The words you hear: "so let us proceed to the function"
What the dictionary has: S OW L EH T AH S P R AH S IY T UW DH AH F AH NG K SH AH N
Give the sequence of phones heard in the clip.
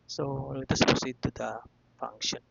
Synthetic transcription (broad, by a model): S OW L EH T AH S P AH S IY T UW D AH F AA NG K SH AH N